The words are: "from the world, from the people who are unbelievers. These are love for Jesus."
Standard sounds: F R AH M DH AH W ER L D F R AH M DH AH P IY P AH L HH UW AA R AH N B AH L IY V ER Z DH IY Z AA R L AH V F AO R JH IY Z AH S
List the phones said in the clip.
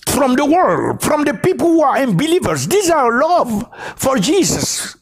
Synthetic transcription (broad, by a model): F R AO M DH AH W ER L D F R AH M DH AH P IY P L HH UW AA R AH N B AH L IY V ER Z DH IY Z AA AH L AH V F AO R JH IY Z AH S